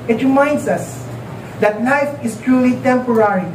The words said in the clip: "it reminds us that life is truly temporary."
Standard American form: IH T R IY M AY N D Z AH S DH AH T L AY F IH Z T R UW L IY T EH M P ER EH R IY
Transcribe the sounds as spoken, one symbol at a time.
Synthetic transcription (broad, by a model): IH T R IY M AY N D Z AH S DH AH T N AY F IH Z T R UW L IY T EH M P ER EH R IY